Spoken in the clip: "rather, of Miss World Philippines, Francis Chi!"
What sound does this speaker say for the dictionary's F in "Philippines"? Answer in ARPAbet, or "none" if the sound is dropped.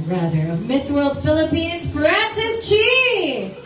F